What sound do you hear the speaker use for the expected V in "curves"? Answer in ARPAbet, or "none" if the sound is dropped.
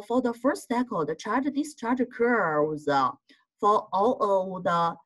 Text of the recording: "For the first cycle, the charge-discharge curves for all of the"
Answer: none